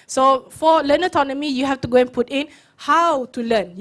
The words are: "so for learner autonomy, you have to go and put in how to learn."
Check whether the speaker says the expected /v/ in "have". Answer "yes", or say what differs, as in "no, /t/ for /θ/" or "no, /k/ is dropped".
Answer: no, /f/ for /v/